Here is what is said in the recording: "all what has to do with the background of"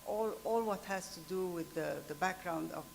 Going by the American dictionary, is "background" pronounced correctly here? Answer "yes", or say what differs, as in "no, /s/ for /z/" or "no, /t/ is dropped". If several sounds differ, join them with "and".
yes